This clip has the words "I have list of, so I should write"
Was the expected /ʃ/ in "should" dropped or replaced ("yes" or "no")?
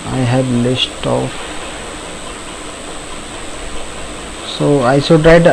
yes